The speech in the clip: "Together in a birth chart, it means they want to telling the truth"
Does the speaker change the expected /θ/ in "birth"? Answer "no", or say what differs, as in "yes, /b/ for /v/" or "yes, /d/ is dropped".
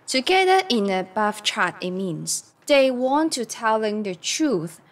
yes, /f/ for /θ/